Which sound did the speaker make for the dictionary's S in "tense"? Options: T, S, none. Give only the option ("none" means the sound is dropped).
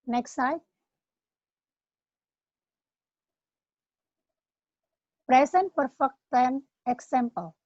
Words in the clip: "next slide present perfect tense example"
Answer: none